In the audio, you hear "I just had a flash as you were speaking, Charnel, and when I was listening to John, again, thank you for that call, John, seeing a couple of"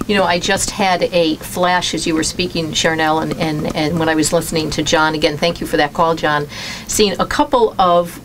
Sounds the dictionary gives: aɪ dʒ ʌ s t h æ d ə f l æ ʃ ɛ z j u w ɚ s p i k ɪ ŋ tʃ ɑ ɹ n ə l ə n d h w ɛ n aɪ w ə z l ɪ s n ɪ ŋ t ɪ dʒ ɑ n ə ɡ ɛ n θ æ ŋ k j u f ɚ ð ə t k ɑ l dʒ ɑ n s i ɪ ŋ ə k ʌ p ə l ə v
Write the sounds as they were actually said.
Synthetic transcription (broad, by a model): aɪ dʒ ʌ s t h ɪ d ə f l æ ʃ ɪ z j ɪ w ɚ s p i k ɪ ŋ ʃ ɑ ɹ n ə l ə n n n w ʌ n aɪ w ə z l ɪ s n ɪ ŋ t ɪ dʒ ɑ n ə ɡ ɛ n θ æ ŋ k j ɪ f ɚ ð ə t k ɑ l dʒ ɑ n s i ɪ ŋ ə k ʌ p l ə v